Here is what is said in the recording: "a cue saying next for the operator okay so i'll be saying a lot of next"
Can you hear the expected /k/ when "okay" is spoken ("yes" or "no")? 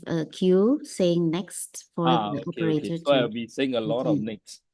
no